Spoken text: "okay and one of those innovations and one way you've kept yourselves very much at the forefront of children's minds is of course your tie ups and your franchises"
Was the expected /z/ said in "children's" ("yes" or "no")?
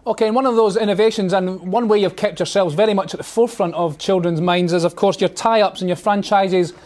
yes